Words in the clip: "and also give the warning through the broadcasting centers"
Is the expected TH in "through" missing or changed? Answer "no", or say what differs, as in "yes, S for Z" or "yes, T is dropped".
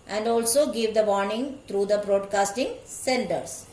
yes, T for TH